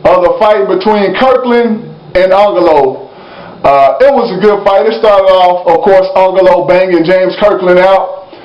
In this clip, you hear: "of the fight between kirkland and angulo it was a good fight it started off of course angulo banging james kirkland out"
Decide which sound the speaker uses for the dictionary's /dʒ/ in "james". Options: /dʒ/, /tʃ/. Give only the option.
/dʒ/